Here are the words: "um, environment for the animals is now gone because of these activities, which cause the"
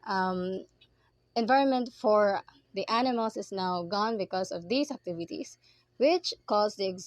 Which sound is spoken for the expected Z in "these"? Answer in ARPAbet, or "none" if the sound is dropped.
S